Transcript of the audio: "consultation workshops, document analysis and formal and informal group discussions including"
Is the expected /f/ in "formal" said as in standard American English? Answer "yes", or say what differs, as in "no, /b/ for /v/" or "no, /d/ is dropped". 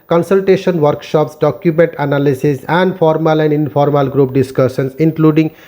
no, /p/ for /f/